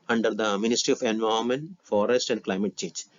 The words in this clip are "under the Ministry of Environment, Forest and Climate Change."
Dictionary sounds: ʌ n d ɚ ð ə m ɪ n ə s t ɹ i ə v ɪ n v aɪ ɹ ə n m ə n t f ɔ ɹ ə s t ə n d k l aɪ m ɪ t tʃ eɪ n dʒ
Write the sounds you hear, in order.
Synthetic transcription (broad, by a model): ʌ n d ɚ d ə m ɪ n ə s t ɹ i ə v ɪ n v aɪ ə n m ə n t f ɔ ɹ ə s t ə n d k l aɪ m ɪ t tʃ eɪ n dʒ